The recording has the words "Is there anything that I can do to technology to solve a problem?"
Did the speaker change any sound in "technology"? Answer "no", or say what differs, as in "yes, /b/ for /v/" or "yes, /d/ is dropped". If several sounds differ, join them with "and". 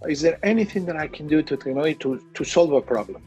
yes, /k/ is dropped